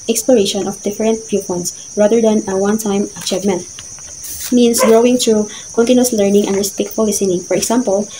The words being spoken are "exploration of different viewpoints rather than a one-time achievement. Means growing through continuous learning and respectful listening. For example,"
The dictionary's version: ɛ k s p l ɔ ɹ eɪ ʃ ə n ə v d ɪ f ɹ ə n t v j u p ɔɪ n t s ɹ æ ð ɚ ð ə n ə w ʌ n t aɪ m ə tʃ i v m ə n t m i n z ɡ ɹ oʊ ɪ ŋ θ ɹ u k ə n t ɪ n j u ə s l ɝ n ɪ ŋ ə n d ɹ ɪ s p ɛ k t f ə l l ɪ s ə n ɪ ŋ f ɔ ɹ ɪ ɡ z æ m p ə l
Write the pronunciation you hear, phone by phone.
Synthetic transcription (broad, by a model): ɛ k s p l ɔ ɹ eɪ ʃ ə n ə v d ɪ f ɹ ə n t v j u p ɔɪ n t s ɹ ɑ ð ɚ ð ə n ə w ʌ n t aɪ m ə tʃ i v m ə n t m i n s ɡ ɹ oʊ ɪ ŋ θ ɹ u k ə n t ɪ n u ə s l ɝ n ɪ ŋ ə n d ɹ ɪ s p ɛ k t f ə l l ɪ s ə n ɪ ŋ f ɔ ɹ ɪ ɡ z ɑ m p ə l